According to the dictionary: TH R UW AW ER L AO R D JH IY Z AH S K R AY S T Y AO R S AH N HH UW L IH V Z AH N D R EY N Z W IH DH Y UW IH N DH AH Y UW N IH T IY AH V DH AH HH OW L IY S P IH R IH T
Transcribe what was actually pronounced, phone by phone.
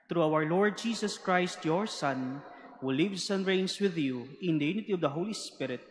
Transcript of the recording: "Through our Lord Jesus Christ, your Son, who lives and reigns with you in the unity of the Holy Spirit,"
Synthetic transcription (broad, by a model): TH R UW AW ER L AO R D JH IY S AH S K R AY S T Y AO R S AH N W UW L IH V S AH N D R EY N S W IH DH Y UW IH N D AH Y UW N IH T IY AH V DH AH HH OW L IY S P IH R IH T